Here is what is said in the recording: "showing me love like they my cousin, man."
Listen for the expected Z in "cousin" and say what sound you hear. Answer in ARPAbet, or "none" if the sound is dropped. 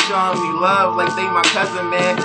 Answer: Z